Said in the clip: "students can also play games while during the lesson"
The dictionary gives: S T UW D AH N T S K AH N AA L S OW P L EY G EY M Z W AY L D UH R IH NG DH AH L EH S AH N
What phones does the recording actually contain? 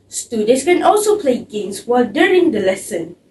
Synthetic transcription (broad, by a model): S T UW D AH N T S K AH N AA L S OW P L EY G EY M S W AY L D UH R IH NG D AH L EH S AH N